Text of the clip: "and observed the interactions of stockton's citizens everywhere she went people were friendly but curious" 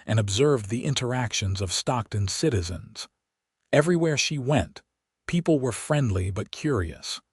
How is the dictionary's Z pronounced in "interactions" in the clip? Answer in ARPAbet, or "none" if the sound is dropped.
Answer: Z